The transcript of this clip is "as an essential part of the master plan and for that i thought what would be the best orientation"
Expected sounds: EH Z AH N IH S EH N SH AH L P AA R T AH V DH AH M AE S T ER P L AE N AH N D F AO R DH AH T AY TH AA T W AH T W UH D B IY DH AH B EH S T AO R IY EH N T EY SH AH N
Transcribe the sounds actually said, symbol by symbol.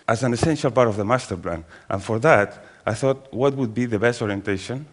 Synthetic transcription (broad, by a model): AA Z AH N IH S EH N SH AH L P AA R T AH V DH AH M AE S T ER P L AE N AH N F AO R DH AH T AY TH AA T W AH T W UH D B IY DH AH B EH S T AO R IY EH N T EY SH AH N